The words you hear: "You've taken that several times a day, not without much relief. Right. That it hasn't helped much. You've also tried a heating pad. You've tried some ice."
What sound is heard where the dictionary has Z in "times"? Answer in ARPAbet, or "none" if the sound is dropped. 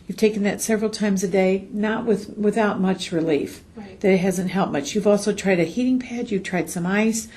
Z